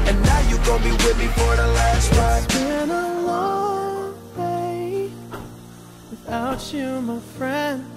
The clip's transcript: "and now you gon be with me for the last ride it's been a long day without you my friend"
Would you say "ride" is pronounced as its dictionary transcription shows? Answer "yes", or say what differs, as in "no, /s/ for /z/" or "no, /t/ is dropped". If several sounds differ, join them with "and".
no, /w/ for /ɹ/ and /d/ is dropped